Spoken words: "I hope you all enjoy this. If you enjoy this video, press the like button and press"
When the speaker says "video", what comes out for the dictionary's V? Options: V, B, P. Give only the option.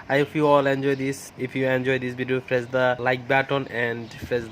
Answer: B